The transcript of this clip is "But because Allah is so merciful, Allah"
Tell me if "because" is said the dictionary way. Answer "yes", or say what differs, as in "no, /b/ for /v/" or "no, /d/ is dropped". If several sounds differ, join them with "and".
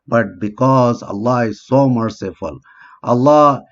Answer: yes